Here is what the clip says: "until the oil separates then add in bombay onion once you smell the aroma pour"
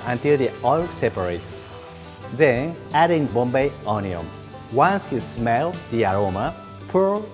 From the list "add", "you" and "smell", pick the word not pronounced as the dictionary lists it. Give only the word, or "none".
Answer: none